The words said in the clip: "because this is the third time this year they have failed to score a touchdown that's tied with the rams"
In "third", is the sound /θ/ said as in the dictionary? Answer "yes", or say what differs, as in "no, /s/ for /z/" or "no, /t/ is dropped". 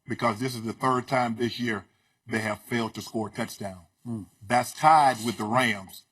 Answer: yes